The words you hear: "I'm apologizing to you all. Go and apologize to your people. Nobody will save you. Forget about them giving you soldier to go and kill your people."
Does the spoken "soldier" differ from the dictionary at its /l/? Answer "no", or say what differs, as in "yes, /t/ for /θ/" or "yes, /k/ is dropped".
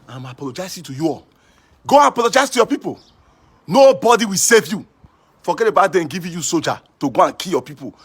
yes, /l/ is dropped